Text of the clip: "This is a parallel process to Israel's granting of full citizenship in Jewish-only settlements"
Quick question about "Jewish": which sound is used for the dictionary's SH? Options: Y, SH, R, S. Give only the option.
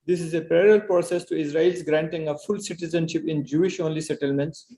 SH